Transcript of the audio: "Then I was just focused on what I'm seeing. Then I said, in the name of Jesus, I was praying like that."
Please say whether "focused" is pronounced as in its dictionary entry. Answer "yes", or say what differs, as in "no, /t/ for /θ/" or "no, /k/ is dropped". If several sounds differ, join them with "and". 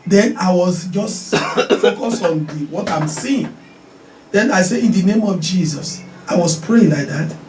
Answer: no, /t/ is dropped